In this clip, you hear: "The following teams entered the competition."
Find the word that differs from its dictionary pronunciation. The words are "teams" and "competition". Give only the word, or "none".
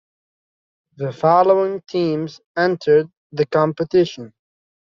none